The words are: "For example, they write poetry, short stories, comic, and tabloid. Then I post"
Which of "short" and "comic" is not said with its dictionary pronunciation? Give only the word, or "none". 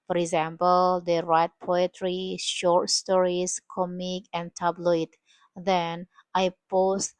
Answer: none